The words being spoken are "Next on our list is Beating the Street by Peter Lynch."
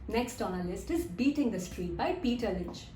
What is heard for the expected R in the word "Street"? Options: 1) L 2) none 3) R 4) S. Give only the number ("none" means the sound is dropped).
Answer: 3